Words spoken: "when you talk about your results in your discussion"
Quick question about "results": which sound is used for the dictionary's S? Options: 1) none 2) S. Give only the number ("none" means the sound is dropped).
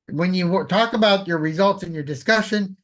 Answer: 2